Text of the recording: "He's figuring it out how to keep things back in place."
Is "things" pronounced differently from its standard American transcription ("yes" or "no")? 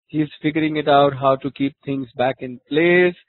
yes